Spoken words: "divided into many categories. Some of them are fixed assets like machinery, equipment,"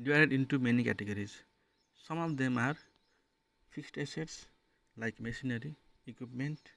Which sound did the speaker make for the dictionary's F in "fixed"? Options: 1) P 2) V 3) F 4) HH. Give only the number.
1